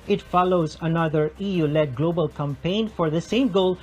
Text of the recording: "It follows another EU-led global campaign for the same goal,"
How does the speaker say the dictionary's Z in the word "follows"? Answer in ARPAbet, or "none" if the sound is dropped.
Z